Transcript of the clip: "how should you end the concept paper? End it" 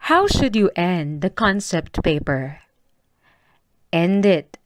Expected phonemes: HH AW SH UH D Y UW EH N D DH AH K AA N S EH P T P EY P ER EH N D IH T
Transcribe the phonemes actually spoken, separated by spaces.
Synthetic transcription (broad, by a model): HH AW SH UH D Y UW EH N D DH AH K AA N S EH P T P EY P ER EH N D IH T